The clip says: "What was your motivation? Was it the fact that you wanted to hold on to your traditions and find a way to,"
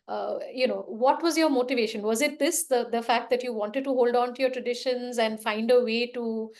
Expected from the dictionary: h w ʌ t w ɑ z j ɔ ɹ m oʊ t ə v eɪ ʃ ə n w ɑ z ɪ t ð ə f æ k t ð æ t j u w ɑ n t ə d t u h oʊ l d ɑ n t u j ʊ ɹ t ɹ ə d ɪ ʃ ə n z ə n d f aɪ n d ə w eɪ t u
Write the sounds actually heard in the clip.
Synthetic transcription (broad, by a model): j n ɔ t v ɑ z j ɔ ɹ m oʊ t ə v eɪ ʃ ə n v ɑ z ɪ t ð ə f æ k t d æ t j u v ɑ n t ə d t u h oʊ l d ɑ n t u j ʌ ɹ t ɹ ə d ɪ ʃ ə n z ə n d f aɪ n d ə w eɪ t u